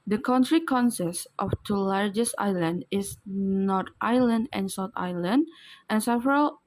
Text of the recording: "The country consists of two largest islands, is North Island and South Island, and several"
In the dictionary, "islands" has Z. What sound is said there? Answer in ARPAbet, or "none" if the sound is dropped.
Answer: none